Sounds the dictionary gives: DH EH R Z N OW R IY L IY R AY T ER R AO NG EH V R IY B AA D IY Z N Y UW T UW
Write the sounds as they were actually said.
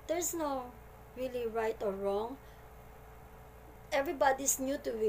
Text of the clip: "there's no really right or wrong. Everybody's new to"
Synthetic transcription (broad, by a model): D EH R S N OW R IY L IY R AY T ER R AO NG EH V R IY B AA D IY S N Y UW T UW